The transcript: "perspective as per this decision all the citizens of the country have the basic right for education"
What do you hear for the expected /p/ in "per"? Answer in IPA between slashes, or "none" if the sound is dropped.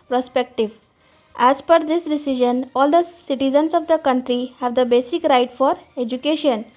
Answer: /f/